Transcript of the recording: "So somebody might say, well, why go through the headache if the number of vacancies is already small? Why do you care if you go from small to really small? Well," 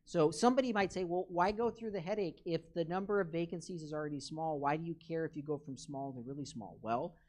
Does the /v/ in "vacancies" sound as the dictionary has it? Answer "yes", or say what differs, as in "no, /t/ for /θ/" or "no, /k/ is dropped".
yes